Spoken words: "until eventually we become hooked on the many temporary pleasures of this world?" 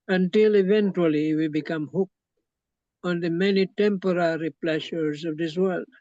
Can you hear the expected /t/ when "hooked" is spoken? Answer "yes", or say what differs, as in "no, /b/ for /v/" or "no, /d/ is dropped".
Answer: no, /t/ is dropped